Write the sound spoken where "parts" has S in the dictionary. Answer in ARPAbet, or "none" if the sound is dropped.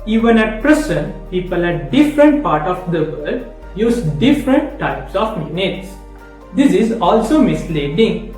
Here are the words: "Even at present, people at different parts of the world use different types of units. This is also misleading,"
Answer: none